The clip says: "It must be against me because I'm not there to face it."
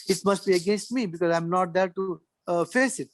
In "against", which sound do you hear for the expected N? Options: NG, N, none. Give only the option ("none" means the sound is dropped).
N